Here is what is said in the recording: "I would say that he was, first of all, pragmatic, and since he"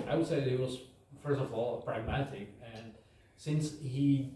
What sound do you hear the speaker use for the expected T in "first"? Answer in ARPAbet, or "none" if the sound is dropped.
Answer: T